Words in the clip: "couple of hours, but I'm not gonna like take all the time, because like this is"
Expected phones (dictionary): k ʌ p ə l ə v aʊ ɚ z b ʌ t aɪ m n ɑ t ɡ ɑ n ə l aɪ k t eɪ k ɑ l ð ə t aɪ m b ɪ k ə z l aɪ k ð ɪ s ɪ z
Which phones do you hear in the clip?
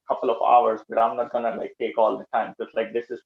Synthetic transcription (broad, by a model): k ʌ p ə l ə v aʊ ɚ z b ʌ t aɪ m n ɑ t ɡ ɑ n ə l aɪ k t eɪ k ɑ l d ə t aɪ m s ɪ ə s l aɪ k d ɪ s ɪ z